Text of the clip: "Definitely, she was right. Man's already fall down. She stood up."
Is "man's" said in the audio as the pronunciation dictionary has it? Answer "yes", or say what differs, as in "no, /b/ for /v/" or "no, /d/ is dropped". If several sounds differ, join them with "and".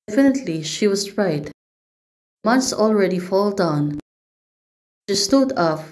no, /s/ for /z/